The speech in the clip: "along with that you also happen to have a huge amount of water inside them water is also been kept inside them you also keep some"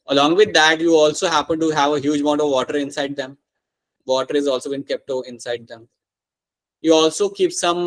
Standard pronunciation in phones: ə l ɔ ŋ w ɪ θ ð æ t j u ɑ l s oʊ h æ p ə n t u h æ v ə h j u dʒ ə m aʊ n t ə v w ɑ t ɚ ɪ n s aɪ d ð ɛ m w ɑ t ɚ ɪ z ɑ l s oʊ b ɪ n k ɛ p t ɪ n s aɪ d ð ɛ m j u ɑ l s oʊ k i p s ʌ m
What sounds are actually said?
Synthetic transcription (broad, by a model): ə l ɔ ŋ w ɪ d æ t j u ɑ l s oʊ h æ p ə n t u h æ v ə h j u dʒ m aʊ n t ə v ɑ t ɚ ɪ n s aɪ d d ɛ m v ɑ t ɚ ɪ z ɑ l s oʊ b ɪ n k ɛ p t ɪ n s aɪ d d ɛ m j u ɑ l s oʊ k i p s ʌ m